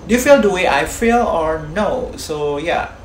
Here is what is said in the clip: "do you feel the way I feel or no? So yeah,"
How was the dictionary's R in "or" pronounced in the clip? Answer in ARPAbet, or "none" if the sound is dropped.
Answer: R